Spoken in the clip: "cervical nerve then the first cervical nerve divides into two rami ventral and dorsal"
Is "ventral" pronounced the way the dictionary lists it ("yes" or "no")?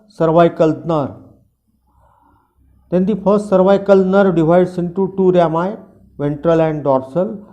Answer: yes